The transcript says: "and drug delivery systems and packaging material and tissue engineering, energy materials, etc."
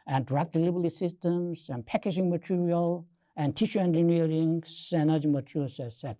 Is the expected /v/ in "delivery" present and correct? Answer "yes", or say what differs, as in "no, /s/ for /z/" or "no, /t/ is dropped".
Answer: no, /b/ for /v/